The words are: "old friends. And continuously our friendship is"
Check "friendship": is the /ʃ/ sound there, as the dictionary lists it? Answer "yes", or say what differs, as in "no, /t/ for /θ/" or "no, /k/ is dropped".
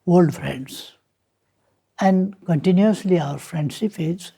no, /s/ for /ʃ/